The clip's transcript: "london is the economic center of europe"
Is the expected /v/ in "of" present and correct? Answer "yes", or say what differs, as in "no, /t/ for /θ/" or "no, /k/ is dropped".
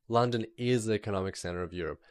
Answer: yes